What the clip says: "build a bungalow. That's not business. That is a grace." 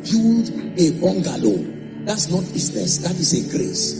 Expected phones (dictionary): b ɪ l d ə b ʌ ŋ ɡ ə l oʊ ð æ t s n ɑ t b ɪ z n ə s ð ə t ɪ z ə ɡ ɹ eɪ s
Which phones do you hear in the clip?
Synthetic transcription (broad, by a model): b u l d ə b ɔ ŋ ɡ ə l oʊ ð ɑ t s n ɑ t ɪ s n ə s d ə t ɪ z ə ɡ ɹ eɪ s